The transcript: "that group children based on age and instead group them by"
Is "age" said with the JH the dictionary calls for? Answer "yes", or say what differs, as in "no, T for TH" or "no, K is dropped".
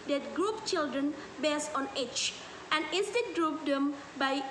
no, CH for JH